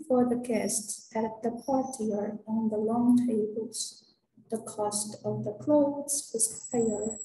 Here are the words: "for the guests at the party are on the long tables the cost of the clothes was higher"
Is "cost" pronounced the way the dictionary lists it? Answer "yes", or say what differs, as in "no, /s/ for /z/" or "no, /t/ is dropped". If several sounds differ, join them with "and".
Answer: yes